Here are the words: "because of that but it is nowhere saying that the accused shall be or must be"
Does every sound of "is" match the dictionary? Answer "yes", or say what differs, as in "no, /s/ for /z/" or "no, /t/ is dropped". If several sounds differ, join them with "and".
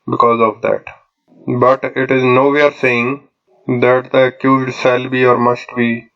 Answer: yes